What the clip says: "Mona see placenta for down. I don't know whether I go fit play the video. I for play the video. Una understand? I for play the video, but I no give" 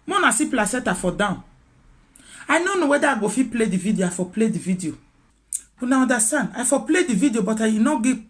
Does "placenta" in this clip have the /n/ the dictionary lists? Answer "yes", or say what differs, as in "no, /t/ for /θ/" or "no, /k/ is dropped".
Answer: no, /n/ is dropped